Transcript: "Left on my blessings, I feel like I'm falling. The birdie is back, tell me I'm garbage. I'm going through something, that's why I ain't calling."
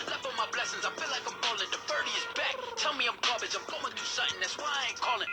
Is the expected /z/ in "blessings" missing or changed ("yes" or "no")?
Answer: no